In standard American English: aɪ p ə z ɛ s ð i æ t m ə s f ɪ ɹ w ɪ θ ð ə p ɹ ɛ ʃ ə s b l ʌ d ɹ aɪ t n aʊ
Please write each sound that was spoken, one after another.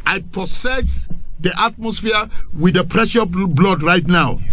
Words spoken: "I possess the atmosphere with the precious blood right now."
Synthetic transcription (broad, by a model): aɪ p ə s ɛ s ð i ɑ t m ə s f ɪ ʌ w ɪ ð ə p ɹ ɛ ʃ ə b l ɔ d ɹ aɪ t n aʊ